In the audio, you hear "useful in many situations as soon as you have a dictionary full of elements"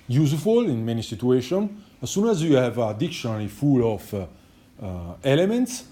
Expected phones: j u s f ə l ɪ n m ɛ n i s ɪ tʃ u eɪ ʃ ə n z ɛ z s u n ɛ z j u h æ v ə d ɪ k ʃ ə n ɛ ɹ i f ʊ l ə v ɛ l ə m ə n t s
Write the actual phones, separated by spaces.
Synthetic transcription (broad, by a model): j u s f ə l ɪ n m ɛ n i s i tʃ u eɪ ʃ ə n ɛ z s u n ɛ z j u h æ v ə d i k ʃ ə n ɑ l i f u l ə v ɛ l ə m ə n t s